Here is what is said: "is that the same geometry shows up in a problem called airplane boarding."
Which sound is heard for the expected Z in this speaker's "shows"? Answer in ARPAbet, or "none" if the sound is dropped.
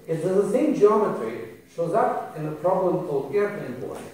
Z